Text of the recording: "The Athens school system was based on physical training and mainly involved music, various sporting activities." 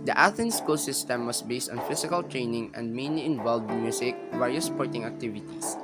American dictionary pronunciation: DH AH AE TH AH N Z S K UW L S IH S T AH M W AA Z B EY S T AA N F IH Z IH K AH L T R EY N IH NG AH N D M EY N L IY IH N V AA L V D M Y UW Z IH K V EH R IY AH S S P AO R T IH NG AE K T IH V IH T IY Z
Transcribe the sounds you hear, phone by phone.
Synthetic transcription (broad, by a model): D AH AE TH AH N S K UW L S IH S T AH M W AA S B EY S T AA N F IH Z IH K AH L T R EY N IH NG AH N D M EY N L IY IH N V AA L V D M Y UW S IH K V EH R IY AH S S P AO R T IH NG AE K T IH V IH T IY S